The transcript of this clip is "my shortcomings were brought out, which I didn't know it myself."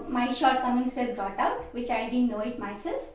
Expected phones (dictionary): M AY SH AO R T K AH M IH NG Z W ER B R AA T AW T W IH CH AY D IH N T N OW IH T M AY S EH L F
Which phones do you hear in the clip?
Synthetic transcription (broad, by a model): M AY SH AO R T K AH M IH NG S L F B R AA T AW T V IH CH AY D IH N N OW IH T M AY S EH L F